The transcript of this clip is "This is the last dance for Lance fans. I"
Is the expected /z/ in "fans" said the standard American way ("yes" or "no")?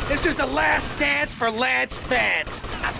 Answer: no